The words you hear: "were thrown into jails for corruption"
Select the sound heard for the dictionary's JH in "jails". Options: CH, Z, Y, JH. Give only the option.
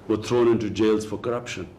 JH